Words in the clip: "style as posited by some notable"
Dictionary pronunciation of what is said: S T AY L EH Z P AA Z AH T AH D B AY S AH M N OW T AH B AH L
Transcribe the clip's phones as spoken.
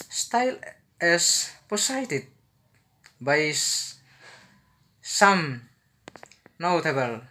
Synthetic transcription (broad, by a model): S T AY L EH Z P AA S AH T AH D B AY S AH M N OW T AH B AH L